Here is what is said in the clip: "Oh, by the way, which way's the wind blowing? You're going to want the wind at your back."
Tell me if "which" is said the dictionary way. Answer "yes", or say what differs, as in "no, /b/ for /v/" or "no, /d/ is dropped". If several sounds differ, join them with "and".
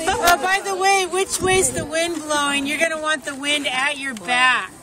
yes